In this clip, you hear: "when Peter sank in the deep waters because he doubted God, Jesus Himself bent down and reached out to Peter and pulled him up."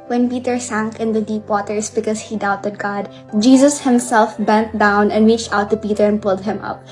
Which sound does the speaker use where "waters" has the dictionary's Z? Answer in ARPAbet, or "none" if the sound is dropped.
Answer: S